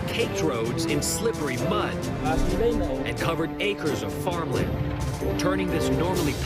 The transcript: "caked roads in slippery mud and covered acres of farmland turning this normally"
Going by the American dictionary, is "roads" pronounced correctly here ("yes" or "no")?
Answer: yes